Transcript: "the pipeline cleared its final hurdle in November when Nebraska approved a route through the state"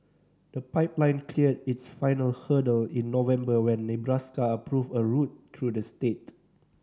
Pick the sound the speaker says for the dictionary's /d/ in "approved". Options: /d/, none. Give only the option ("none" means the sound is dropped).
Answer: none